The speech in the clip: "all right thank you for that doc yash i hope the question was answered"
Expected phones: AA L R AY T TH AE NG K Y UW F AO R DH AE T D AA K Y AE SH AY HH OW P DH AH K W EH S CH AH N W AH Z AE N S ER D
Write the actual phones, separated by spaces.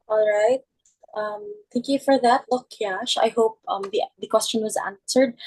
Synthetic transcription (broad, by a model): AA L R AY T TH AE NG K Y UW F AO R DH AE T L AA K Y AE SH AY HH OW P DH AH K W EH S CH AH N W AH Z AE N S ER D